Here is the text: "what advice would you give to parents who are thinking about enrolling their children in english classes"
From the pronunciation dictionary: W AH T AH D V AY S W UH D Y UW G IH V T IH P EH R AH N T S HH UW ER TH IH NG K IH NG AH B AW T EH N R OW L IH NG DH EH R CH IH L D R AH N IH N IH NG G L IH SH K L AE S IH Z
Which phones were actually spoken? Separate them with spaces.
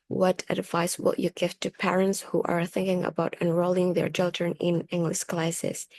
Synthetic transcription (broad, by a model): W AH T AH D V AY S W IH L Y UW G IH V T IH P EH R AH N T S HH UW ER TH IH NG K IH NG AH B AW T EH N R OW L IH NG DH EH R CH IH L D R AH N IH N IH NG G L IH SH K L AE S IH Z